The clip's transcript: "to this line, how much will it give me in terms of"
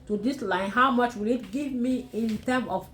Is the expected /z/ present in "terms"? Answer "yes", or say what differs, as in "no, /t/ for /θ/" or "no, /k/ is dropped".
no, /z/ is dropped